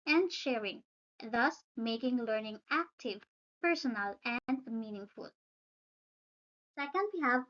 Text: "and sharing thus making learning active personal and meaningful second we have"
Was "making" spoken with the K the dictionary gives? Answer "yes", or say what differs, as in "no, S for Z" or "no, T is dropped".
yes